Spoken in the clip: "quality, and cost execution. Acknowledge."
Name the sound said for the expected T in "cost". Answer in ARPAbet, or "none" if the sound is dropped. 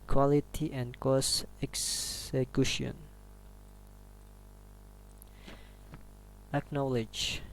none